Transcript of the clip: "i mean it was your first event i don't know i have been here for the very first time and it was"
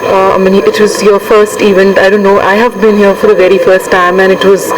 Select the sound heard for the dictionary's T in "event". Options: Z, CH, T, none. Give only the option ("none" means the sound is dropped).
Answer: none